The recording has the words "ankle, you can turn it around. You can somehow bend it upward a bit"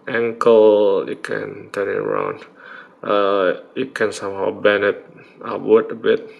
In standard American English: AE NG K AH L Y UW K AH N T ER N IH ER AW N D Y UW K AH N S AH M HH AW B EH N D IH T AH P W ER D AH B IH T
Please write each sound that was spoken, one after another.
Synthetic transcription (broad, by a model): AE NG K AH L Y UW K AH N T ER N IH ER AW N D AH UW K AH N S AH M HH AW B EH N IH T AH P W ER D AH B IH T